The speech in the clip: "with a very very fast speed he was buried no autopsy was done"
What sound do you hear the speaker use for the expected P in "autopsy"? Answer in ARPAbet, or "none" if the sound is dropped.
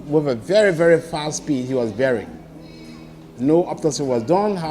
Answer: none